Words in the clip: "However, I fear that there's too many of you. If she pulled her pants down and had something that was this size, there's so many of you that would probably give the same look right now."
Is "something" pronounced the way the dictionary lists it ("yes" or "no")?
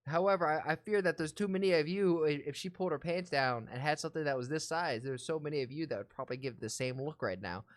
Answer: yes